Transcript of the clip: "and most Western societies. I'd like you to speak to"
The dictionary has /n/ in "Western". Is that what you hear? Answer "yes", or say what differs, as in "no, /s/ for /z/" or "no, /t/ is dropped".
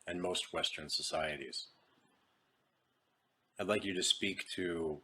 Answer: yes